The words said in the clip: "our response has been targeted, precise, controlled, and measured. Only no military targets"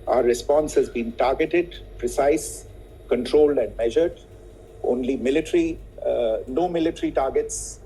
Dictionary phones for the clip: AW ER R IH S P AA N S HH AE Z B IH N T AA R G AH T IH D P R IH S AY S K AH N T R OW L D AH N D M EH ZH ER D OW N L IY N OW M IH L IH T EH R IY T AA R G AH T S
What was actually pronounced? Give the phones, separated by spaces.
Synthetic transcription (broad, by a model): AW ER R IH S P AA N S HH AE Z B IH N T AA R G AH T IH D P R IH S AY S K AH N T R OW L D AH N D M EH ZH ER D OW N L IY N OW M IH L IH T R IY T AA R G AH T S